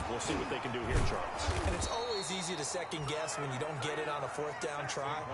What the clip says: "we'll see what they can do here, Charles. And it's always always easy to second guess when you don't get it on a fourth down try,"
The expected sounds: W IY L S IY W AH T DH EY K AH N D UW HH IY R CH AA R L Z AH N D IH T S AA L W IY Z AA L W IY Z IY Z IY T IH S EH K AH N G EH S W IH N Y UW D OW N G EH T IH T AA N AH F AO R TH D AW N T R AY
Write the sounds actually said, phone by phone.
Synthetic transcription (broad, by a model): W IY L S IY W AH T DH EY K AH N D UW HH IY R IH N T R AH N IH T S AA AA L W IY Z IY Z IY T IH S EH K AH N G EH S W IH N Y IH D OW N G EH T IH T N AH F AO R TH D AW N T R AY